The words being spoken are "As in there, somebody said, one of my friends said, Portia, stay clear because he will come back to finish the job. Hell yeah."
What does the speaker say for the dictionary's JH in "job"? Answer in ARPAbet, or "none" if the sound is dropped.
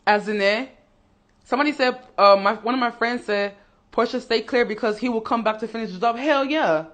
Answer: Z